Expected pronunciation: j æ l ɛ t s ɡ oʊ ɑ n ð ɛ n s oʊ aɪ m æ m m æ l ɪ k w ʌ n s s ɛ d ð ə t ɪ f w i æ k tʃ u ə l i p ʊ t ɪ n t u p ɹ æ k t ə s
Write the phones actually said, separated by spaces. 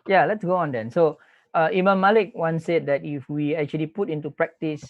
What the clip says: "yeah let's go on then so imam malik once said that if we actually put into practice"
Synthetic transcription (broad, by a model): j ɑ l ɛ t s ɡ oʊ ɑ n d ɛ n s oʊ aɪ m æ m m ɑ l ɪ k w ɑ n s s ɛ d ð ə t ɪ f w i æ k tʃ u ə l i p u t ɪ n t u p ɹ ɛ k t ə s